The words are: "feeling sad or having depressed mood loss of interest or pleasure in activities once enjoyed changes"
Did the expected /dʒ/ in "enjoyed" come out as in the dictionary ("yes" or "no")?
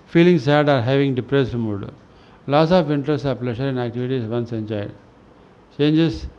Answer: no